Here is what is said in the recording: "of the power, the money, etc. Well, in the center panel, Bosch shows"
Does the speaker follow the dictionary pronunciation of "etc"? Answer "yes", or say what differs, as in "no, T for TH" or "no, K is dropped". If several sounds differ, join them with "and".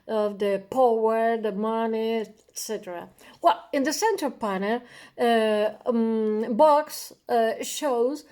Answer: yes